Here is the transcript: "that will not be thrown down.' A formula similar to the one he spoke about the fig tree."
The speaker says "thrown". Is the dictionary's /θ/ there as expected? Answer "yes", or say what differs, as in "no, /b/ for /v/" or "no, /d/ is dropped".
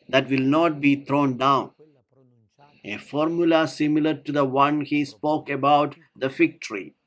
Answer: no, /t/ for /θ/